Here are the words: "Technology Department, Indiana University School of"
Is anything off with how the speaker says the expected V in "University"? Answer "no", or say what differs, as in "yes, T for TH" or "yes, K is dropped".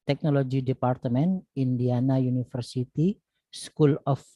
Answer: yes, F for V